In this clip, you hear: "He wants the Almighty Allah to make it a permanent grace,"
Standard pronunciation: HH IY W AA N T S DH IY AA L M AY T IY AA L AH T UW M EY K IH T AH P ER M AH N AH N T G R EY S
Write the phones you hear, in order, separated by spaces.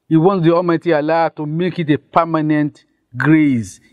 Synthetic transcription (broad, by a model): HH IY W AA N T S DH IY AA M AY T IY AA L AH T UW M EY K IH T AH P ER M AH N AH N T G R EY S